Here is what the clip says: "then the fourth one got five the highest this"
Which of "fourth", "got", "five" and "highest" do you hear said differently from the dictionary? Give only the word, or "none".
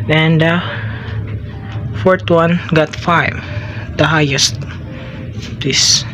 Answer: fourth